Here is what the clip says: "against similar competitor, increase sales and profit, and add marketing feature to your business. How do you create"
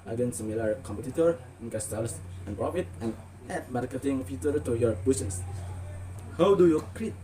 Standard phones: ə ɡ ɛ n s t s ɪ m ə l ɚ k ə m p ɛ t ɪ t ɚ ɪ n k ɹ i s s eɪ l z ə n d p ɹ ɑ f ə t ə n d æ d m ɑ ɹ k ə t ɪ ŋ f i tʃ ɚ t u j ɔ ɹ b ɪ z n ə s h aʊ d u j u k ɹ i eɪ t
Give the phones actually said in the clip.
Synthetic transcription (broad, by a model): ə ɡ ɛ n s s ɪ m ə l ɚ k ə m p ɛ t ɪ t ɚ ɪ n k ɑ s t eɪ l s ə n p ɹ ɑ f ə t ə n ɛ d m ɑ ɹ k ə t ɪ ŋ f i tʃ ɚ t u j ɔ ɹ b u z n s h aʊ d u j u k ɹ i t